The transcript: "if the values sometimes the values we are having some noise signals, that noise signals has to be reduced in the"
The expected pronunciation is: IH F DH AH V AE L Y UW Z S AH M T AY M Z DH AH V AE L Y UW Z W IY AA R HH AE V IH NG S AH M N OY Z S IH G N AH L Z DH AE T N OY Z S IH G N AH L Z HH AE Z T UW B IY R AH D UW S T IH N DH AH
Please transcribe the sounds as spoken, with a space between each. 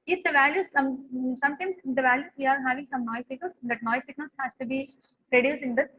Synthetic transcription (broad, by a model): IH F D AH V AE L Y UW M S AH M T AY M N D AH V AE L Y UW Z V IY AA R HH AE V IH NG S AH M N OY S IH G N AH L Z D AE T N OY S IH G N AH L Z HH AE S T UW B IY R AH D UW S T IH N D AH